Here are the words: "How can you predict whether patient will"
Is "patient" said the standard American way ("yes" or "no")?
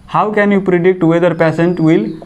no